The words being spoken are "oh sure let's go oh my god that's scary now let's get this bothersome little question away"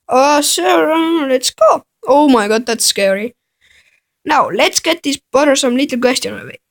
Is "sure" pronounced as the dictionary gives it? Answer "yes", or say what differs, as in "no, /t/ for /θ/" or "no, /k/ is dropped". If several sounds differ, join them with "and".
no, /s/ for /ʃ/